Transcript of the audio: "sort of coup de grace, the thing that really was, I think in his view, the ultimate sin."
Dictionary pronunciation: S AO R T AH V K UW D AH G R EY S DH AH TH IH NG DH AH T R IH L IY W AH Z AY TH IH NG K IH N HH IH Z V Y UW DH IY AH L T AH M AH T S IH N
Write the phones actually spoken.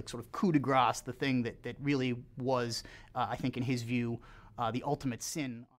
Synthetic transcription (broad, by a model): S AO R T AH V K UW D AH G R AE S DH AH TH IH NG DH AH T R IH L IY W AH Z AY TH IH NG K IH N IH Z V Y UW DH IY AH L T AH M AH T S IH N